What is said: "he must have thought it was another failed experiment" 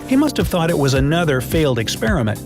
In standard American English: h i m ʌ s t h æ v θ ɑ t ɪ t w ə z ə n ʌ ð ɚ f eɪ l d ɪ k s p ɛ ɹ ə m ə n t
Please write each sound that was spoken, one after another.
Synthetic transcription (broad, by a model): h i m ʌ s t h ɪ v θ ɑ t ɪ t w ə z ə n ʌ ð ɚ f eɪ l d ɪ k s p ɛ ɹ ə m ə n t